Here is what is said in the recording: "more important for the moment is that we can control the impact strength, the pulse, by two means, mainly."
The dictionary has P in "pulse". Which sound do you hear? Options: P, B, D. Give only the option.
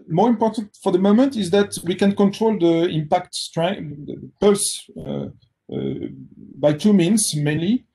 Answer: P